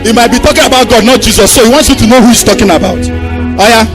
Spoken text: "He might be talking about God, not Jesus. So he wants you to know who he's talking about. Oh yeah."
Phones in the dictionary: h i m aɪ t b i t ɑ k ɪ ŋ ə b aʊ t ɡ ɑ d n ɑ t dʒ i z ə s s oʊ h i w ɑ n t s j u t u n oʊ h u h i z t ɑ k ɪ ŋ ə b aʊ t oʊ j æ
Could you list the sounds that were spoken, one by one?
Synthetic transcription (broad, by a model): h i m aɪ t b i t ɑ k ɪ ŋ ə b aʊ t ɡ ɑ d n ɑ t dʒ i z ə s s oʊ h i w ɑ n t s j u t u n oʊ h u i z t ɑ k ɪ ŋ ə b aʊ t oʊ j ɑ